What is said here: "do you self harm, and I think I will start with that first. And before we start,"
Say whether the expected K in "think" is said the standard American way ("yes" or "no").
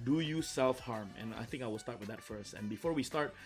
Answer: yes